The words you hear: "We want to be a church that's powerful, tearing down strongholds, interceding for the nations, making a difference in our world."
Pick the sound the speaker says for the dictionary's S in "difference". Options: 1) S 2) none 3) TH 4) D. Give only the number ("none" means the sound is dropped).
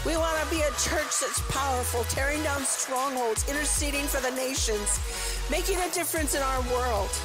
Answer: 1